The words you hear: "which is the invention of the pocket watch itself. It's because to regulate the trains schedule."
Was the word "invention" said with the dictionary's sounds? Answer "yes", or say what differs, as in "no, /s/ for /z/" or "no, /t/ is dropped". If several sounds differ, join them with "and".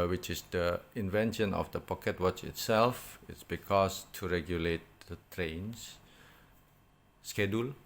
yes